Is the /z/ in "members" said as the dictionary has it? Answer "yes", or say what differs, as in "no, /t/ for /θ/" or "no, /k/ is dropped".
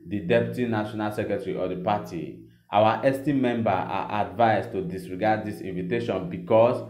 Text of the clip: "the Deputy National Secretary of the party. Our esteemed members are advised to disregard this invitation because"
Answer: no, /z/ is dropped